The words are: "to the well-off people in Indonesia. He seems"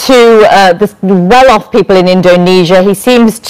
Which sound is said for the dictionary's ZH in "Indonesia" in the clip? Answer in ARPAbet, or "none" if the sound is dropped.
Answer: ZH